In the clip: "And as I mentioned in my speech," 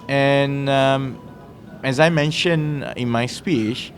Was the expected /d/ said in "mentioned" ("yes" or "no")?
no